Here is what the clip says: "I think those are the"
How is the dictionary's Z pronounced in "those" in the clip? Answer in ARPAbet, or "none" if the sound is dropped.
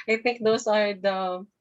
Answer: S